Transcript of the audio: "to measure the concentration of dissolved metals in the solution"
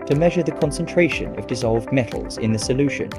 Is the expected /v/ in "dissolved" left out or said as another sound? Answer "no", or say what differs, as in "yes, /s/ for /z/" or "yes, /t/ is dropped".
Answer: no